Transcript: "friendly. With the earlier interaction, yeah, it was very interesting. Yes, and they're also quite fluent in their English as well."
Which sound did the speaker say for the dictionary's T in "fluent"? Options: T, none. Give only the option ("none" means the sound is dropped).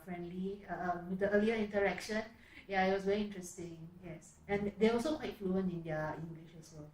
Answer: none